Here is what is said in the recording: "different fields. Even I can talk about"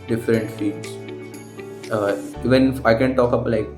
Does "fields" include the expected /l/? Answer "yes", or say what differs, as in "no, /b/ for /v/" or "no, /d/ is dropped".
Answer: no, /l/ is dropped